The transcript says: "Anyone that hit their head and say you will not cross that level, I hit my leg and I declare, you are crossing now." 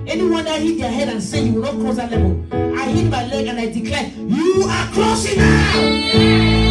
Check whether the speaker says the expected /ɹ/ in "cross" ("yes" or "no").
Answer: no